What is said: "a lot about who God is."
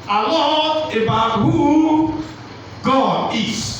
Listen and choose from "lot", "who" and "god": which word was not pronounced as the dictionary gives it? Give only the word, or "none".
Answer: lot